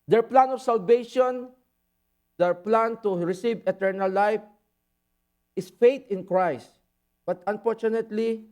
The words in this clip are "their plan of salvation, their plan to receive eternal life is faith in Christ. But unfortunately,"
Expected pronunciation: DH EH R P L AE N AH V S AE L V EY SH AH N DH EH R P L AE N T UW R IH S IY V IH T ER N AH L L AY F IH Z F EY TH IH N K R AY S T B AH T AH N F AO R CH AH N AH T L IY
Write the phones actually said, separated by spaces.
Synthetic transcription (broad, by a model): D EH R P L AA N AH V S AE L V EY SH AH N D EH R P L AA N T UW R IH S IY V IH T ER N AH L L AY F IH S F EY T IH N K R AY S T B AH T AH N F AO R CH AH N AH T L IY